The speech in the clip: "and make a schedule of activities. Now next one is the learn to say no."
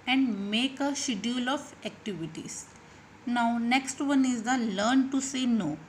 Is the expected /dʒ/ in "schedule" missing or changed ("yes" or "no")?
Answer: yes